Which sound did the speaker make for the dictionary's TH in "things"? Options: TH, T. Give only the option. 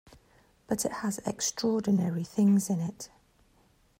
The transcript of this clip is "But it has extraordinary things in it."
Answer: TH